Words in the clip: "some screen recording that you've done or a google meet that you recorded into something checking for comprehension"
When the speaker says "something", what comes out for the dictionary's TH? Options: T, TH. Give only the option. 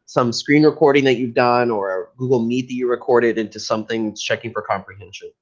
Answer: TH